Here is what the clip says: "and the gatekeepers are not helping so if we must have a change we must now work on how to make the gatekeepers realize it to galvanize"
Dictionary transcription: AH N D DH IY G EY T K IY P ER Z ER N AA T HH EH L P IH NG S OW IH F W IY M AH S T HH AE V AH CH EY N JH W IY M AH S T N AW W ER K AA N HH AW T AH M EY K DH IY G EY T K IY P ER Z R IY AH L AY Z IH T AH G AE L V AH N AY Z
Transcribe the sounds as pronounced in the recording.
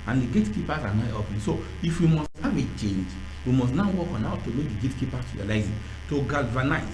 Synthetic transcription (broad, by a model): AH N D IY G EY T K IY P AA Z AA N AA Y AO P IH S OW IH F W IY M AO S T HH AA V AH CH EY N JH W IY M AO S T N AW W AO K AA N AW T AH M EY K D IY G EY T K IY P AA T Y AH L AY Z IH T AH G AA L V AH N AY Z